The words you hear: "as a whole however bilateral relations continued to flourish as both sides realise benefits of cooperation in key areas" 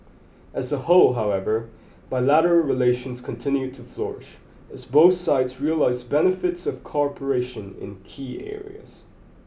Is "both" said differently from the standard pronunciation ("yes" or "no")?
no